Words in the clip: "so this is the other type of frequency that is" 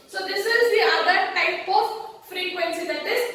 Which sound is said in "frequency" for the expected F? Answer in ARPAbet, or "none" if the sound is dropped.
F